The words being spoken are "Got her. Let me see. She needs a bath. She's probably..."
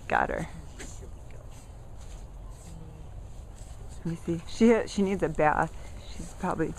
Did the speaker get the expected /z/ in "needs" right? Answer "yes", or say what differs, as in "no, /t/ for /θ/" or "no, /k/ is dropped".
yes